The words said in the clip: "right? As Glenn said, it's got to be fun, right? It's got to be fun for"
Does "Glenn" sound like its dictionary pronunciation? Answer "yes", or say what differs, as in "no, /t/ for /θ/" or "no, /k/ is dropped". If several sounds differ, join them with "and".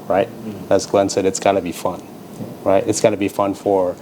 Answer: yes